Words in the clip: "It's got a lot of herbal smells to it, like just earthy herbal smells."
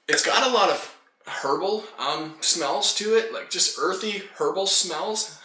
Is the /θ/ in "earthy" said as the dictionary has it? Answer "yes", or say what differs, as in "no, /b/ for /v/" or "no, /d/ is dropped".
yes